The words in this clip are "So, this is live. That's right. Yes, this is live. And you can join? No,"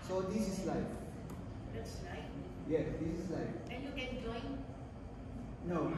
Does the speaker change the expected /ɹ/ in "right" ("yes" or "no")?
yes